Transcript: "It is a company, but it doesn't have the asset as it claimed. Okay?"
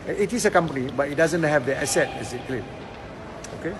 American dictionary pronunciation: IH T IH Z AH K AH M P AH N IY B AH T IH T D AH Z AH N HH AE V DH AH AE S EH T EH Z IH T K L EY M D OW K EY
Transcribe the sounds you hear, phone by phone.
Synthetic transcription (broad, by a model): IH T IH S AH K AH M P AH N IY B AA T IH T D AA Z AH N HH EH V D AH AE S EH T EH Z IH T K L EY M OW K EY